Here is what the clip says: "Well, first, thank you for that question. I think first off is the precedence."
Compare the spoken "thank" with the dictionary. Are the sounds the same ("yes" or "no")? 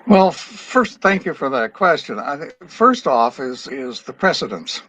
yes